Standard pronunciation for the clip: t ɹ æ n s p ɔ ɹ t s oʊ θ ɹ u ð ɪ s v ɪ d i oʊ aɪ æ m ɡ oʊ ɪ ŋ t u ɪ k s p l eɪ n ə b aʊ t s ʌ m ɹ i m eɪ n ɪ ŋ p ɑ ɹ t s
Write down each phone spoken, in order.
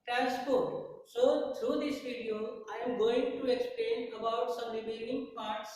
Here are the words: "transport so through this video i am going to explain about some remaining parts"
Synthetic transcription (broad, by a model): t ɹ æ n s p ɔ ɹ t s oʊ t ɹ u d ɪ s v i d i oʊ aɪ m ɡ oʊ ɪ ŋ t u ɪ k s p l eɪ n ə b aʊ t s ʌ m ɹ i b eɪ l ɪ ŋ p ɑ ɹ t s